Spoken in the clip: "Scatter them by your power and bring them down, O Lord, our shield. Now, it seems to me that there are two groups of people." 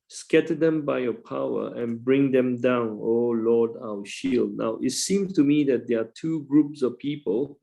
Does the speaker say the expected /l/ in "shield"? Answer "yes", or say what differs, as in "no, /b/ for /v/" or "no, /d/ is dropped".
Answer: yes